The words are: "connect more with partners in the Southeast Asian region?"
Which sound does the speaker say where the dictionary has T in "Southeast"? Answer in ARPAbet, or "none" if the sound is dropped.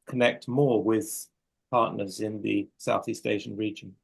T